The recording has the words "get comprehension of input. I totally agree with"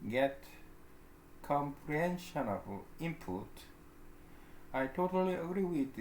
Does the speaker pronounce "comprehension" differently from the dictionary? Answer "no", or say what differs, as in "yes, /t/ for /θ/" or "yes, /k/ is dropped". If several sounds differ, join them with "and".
no